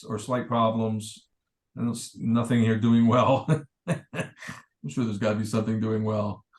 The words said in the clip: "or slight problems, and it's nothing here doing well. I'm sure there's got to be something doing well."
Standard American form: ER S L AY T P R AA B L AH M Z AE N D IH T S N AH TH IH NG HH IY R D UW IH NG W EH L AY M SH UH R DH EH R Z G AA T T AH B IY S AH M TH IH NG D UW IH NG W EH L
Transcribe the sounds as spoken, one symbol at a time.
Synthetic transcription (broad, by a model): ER S L AY T P R AA B L AH M Z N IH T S N AH TH IH NG HH IY R D UW IH NG W EH L AY M SH UH R DH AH R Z G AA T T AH B IY S AH M TH IH NG D UW IH NG W EH L